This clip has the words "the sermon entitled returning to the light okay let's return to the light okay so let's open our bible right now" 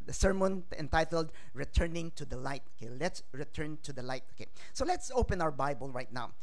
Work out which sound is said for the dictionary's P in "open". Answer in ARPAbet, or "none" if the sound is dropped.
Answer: P